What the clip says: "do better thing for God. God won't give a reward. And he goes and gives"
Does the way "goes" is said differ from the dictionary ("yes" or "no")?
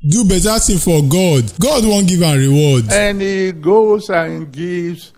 yes